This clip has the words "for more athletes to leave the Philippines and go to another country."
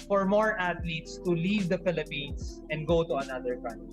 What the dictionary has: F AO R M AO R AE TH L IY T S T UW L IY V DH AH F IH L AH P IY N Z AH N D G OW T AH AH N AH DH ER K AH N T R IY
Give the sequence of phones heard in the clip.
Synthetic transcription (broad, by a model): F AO R M AO R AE T L IY T S T UW L IY V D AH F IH L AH P IY N S AH N D G OW T AH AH N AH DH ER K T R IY